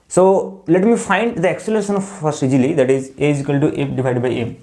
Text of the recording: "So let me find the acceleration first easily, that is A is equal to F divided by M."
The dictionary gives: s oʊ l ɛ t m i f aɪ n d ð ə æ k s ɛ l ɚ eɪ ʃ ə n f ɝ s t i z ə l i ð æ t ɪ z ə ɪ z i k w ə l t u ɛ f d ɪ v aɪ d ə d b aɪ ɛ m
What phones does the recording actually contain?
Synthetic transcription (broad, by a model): s oʊ l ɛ t m i f aɪ n d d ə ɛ k s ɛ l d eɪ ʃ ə n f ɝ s i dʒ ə l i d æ t ɪ z ə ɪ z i k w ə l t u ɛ p d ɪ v aɪ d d b aɪ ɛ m